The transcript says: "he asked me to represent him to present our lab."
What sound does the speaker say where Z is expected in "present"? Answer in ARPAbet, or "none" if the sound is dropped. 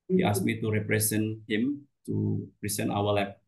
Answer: S